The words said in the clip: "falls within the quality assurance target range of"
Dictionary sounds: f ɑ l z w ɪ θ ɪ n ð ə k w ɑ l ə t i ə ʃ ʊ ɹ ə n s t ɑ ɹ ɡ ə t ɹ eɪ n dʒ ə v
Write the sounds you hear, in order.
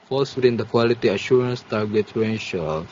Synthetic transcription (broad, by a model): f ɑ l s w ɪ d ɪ n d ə k w ɑ l ə t i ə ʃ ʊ ɹ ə n s t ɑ ɹ ɡ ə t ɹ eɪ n ʃ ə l